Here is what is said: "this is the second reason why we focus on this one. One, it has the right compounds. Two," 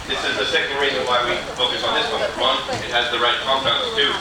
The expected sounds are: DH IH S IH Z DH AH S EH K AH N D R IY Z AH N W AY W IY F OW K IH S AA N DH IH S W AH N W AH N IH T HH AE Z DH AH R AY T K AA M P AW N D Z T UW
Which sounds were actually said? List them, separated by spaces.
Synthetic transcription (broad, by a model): DH IH S IH Z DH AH S EH K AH N D R IY Z AH N W AY W IY F OW K IH S N DH IH S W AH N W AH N IH T HH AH Z DH AH R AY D K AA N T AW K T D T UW